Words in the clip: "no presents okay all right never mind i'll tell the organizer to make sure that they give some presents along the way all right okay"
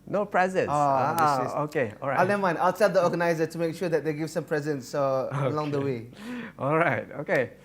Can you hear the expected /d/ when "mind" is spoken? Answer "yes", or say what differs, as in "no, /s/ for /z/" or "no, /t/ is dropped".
no, /d/ is dropped